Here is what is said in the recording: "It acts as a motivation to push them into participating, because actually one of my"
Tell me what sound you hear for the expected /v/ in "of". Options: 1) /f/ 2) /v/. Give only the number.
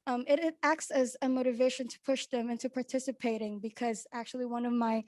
2